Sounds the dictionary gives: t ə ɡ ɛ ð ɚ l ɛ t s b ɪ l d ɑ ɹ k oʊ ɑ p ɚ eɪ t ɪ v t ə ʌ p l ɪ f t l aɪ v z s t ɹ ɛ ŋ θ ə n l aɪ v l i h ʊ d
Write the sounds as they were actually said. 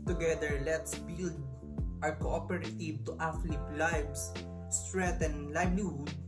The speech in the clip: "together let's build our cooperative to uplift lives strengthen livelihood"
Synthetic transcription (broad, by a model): t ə ɡ ɛ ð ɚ l ɛ t s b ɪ l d ɑ ɹ k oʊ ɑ p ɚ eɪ t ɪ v t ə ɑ f l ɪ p l aɪ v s s t ɹ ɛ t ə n l aɪ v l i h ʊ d